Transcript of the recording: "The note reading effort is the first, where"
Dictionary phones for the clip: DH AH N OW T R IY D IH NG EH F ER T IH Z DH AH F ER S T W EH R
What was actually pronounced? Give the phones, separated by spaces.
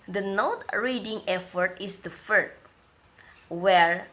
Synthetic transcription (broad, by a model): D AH N OW T R IY D IH NG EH F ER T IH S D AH F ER T W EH R